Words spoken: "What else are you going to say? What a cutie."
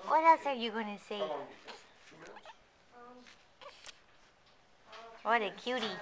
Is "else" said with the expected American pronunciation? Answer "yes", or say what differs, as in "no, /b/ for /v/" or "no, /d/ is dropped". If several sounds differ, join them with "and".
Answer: no, /l/ is dropped